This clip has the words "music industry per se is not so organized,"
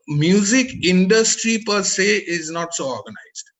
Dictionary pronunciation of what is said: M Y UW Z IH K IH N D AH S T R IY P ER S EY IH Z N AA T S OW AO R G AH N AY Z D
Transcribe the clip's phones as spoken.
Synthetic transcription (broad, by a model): M Y UW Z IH K IH N D AH S T R IY P ER S EY IH Z N AA T S OW AO R G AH N AY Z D